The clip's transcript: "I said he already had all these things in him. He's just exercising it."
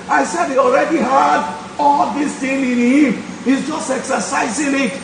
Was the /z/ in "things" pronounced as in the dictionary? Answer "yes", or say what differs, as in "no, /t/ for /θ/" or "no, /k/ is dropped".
no, /z/ is dropped